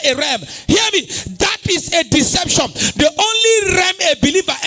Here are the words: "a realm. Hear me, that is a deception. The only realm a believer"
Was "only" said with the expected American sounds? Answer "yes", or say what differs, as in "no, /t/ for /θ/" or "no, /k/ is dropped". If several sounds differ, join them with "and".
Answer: yes